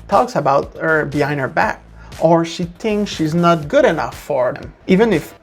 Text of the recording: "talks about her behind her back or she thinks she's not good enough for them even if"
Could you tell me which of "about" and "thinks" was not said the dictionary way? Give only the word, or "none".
none